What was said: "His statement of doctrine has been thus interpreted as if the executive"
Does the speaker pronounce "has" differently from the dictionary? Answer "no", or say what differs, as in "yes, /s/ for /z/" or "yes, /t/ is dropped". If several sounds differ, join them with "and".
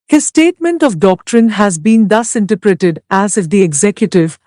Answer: no